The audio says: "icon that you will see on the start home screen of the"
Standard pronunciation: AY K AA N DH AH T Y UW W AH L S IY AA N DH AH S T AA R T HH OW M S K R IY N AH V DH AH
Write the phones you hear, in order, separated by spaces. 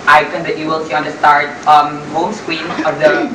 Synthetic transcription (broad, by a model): AY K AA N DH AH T Y UW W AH L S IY AA N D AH S T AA R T HH OW M S K W IY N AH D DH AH